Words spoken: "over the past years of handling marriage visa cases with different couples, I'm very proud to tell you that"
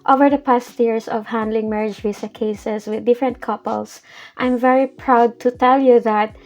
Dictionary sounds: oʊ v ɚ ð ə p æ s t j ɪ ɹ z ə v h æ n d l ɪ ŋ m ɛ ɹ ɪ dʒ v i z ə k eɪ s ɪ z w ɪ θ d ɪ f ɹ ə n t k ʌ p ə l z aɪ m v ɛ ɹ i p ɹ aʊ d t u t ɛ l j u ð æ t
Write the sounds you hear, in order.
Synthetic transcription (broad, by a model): oʊ v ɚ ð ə p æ s t j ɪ ɹ s ə v h æ n d l ɪ ŋ m ɛ ɹ ɪ dʒ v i s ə k eɪ s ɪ s w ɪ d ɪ f ɹ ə n t k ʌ p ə l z aɪ m v ɛ ɹ i p ɹ aʊ d t u t ɛ l j u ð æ t